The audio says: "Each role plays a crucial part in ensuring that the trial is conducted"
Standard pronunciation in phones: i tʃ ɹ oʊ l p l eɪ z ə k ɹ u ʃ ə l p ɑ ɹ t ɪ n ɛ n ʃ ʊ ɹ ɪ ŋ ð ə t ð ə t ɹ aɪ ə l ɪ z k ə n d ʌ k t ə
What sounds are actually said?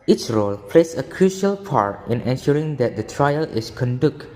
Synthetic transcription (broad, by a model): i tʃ ɹ oʊ l p l eɪ s ə k ɹ u ʃ ə l p ɑ ɹ t ɪ n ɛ n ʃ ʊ ɹ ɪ ŋ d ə t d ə t ɹ aɪ ə l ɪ s k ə n d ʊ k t